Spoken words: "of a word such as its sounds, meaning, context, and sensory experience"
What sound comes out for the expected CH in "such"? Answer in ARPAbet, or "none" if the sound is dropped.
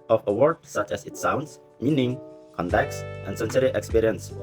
CH